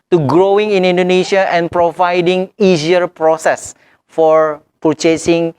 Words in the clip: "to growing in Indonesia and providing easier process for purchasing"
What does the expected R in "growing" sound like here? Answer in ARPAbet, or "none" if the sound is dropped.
R